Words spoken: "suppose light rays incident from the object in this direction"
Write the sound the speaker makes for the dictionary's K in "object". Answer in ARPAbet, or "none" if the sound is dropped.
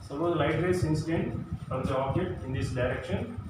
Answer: none